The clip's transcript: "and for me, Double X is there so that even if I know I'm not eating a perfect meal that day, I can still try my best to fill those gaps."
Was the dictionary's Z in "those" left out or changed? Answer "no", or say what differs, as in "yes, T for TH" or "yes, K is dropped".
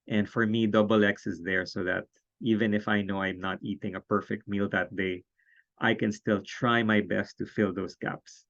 yes, S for Z